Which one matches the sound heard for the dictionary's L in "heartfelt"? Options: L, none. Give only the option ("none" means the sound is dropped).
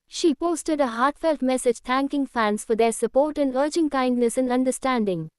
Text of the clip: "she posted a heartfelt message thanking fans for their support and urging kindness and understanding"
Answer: L